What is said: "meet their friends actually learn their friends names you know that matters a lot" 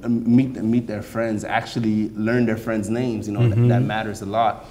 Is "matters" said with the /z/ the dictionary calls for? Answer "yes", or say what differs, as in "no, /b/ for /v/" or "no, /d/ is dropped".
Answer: yes